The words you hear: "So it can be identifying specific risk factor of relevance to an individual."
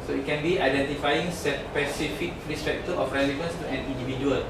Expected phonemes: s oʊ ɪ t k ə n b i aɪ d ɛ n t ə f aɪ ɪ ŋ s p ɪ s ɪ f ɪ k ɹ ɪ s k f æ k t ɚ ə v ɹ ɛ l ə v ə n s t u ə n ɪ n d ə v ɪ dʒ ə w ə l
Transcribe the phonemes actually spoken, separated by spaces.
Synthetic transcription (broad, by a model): s oʊ ɪ t k ə n b i aɪ d ɛ n t ə f aɪ ɪ ŋ s p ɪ s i f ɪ k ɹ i s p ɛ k t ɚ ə f ɹ ɛ l ə v ə n s t u ə n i n d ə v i dʒ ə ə l